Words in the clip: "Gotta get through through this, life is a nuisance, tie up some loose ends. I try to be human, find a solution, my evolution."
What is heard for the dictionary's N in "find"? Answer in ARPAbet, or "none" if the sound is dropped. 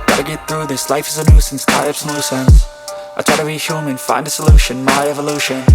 N